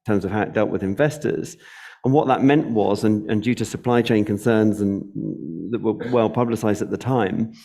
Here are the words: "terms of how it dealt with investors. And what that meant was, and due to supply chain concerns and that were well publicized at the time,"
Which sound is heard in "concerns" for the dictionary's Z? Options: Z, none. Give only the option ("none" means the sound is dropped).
Z